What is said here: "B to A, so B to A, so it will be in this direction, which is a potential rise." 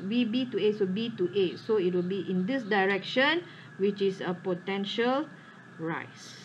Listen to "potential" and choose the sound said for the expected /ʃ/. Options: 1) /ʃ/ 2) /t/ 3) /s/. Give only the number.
1